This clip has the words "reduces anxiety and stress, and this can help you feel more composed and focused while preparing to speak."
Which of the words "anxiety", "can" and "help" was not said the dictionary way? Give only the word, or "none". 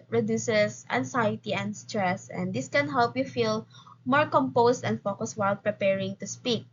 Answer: anxiety